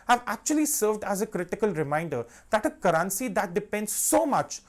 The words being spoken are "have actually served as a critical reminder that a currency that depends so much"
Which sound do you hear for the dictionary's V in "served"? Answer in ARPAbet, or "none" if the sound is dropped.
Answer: V